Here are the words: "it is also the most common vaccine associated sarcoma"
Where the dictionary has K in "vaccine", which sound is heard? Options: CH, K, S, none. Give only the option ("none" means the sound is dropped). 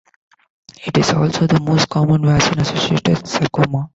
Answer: none